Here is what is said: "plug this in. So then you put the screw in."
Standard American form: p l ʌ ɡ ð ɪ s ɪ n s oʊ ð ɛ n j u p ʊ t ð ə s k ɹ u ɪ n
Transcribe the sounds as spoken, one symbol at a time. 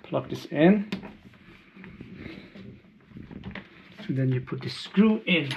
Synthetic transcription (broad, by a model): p l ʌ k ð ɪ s ɪ n s oʊ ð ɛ n j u p ʊ t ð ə s k ɹ u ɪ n